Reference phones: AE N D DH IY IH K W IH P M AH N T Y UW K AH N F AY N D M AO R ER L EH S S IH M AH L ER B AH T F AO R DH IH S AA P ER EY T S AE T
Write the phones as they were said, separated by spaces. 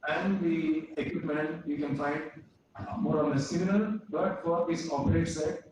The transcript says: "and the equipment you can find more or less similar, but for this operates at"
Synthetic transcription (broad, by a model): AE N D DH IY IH K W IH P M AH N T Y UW K AH N F AY N D M AO R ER N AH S S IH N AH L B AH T F AO R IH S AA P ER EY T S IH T